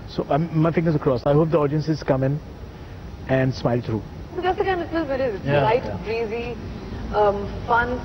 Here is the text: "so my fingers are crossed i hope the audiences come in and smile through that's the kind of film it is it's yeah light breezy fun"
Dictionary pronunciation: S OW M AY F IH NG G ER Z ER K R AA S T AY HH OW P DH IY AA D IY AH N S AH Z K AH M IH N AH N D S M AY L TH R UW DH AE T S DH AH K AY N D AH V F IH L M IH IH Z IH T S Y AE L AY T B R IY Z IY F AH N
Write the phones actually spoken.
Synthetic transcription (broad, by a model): S OW M AY F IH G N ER S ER K R AA S AY HH OW P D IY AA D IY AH N S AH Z K AH M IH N AH N D S M AY L T R UW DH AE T S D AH K AY N D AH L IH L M IH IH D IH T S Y L AY T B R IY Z IY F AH N